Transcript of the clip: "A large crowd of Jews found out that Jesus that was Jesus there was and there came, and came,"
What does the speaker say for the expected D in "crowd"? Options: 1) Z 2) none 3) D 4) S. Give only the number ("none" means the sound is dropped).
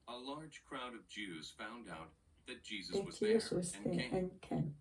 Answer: 3